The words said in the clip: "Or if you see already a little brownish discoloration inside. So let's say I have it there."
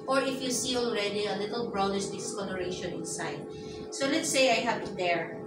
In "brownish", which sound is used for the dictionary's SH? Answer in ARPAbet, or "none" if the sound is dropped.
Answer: S